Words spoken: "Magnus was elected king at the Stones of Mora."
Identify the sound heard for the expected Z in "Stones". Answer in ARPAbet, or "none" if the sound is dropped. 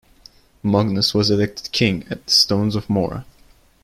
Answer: Z